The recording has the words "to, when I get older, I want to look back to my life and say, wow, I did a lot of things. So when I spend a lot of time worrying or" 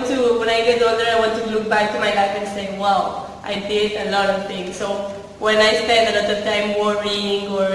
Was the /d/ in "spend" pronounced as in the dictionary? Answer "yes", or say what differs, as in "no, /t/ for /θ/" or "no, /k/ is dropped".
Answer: yes